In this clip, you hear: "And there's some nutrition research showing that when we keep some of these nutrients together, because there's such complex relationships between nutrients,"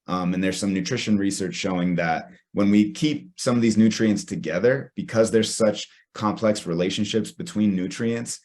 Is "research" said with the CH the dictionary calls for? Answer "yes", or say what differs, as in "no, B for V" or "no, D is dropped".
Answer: yes